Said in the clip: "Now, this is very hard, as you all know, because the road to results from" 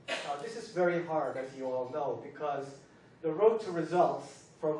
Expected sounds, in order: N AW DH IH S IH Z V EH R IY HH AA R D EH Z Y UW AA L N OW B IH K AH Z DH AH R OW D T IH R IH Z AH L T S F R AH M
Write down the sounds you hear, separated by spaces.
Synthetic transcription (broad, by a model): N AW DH IH S IH Z V EH R IY HH AA R D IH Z Y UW AA L N OW B IH K AH Z DH AH R OW T IH R IH Z AH L T S F R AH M